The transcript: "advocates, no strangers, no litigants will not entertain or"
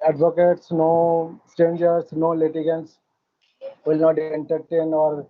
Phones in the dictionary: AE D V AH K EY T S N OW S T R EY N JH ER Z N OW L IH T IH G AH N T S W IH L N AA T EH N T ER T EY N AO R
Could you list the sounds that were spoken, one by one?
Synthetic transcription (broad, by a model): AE D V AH K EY T S N OW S T EY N JH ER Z N OW L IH T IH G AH N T S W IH L N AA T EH N T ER T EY N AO R